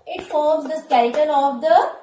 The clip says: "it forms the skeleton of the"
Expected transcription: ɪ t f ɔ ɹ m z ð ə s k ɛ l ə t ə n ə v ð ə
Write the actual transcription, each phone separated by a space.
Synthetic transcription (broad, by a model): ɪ t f ɔ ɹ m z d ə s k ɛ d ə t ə l ə v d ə